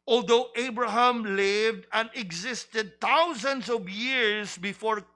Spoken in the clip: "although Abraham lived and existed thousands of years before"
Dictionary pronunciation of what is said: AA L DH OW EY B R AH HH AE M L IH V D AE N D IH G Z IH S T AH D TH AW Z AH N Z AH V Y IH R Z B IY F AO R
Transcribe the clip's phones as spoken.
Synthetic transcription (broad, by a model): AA L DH OW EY B R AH HH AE M L IH V D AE N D IH G Z IH S T AH D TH AW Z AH N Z AH V Y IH R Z B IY F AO R